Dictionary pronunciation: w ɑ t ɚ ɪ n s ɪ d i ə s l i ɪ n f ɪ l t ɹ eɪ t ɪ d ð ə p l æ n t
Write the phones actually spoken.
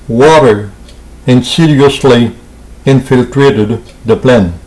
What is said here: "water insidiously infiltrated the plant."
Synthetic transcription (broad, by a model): w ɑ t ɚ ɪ n s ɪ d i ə s l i ɪ n f ɪ l t ɹ eɪ t ɪ d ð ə p l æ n